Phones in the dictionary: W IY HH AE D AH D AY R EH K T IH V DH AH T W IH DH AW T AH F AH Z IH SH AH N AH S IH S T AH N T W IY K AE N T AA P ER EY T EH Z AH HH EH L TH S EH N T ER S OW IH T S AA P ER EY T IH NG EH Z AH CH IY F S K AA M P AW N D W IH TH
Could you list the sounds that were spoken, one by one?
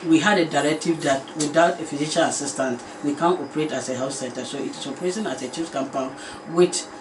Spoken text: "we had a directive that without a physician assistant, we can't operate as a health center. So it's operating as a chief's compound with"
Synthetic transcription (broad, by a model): W IY HH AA D AH D AY R EH K T IH V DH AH T W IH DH AW T AH F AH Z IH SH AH L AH S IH S T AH N T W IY K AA N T AA P ER EY T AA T AH HH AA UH S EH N T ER S OW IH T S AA P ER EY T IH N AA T AH CH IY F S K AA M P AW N W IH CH